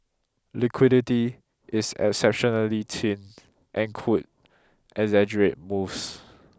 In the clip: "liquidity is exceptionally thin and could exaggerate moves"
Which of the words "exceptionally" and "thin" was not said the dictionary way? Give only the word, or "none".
thin